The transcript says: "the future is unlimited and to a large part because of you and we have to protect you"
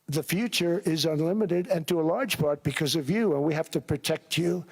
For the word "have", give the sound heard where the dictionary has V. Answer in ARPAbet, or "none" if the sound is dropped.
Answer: F